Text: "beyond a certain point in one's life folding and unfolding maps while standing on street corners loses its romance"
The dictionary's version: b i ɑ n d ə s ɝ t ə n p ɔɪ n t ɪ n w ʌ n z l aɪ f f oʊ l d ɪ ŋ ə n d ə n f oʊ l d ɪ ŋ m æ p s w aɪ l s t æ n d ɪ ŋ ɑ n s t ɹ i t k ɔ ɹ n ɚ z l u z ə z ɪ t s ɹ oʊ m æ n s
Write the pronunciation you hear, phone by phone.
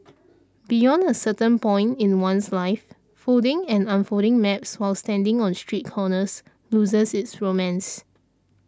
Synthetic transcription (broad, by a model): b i ɑ n d ə s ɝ t ə n p ɔɪ n t ɪ n w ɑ n s l aɪ f f oʊ d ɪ ŋ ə n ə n f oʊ d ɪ ŋ m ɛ p s w aɪ l s t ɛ n d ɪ ŋ ɑ n s t ɹ i t k ɔ n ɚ s l u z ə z ɪ t s ɹ oʊ m æ n s